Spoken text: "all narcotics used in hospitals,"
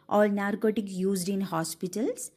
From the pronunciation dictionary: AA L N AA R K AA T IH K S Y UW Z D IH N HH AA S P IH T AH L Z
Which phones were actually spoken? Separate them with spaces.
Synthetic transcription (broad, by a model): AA L N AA R K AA T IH K Y UW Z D IH N HH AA S P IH T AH L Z